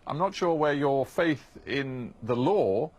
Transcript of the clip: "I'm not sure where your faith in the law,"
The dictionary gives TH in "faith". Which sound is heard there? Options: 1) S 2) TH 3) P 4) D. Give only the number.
2